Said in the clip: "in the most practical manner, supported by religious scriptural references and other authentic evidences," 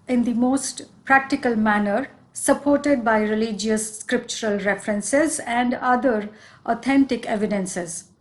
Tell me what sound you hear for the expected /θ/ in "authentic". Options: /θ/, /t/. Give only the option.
/t/